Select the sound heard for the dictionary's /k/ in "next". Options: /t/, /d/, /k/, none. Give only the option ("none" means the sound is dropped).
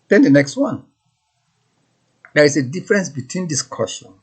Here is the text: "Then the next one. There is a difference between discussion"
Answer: /k/